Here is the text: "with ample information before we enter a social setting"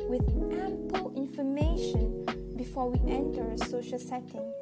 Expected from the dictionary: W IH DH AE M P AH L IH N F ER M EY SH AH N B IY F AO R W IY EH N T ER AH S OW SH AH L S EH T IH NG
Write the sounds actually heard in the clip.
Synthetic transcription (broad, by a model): W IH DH AE M P AH L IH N F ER M EY SH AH N B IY F AO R W IY EH N T ER AH S OW SH AH L S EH T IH NG